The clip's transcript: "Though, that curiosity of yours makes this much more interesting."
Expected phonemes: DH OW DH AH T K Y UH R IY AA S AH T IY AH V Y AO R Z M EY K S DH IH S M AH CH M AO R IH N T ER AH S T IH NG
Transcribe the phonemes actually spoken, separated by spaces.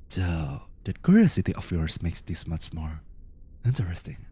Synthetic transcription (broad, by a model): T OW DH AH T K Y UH R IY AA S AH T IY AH F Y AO R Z M EY K S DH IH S M AH CH M AO R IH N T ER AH S T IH NG